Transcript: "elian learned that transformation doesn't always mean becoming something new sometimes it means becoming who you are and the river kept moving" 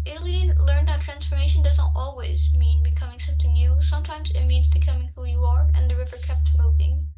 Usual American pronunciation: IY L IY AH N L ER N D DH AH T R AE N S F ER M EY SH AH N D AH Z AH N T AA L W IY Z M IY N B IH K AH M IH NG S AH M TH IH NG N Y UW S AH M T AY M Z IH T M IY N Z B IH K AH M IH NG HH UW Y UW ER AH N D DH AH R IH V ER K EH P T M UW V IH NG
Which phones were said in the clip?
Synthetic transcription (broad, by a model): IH L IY L ER N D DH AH T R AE N S F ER M EY SH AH N D AH Z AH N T AA L W IY Z M IY N B IH K AH M IH NG S AH M TH IH NG N Y UW S AH M T AY M Z IH T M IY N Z B IH K AH M IH NG HH UW Y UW ER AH N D DH AH R IH V ER K EH P T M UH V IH NG